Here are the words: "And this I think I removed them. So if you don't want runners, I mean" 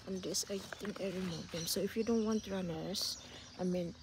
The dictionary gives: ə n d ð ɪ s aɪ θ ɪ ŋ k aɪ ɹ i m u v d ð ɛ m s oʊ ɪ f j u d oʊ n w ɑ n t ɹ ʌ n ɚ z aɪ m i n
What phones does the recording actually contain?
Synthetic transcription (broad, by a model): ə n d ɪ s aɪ t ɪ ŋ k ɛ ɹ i m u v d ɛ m s oʊ ɪ f j u d oʊ n w ɑ n t ɹ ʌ n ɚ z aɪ m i n